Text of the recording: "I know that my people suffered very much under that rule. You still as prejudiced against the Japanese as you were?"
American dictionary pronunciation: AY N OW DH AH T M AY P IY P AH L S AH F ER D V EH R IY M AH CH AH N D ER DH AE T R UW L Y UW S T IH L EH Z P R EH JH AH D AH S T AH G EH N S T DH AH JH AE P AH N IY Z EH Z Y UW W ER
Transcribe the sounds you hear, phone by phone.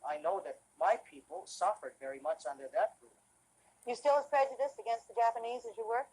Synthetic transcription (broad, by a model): AY N OW DH AH T M AY P IY P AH L S AH F ER D V EH R IY M AH CH AH N D ER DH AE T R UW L Y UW S T IH L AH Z P R EH JH AH D AH S T AH G EH N S T DH AH JH AE P AH N IY Z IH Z Y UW W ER